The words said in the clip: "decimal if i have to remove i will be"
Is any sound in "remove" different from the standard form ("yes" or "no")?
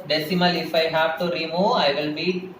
yes